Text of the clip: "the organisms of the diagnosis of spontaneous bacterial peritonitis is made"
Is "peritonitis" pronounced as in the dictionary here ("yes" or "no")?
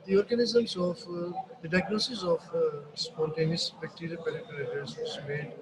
no